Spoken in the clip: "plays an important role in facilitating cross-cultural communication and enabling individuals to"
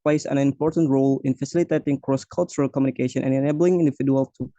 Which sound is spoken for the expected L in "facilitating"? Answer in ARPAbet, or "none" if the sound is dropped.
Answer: L